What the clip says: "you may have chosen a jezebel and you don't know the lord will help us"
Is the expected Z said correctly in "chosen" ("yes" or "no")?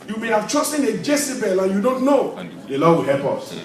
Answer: no